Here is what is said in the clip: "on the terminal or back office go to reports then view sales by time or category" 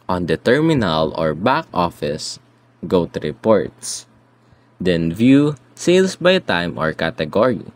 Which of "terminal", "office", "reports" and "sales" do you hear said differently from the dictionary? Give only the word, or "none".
sales